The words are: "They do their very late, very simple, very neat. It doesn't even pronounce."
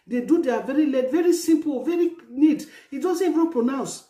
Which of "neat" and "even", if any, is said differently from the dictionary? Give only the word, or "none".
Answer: even